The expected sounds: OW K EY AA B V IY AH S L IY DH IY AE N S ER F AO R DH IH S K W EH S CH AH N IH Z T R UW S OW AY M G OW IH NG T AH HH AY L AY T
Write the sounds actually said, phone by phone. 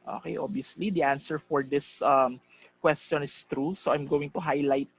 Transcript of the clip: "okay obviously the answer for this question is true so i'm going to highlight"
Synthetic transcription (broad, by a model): OW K EY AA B IY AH S L IY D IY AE N S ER F AO R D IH S K W EH S CH AH N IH S T R UW S OW AY M G OW IH NG T AH HH AY L AY T